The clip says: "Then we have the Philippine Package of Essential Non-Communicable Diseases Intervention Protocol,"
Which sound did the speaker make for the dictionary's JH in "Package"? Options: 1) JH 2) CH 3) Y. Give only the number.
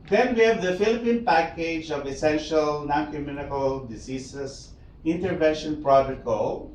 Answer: 1